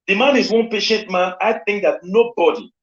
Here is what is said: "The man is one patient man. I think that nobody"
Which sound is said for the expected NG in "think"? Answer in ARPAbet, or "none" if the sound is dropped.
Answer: NG